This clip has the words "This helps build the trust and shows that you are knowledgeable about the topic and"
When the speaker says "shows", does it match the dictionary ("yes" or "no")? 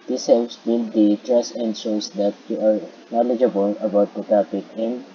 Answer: no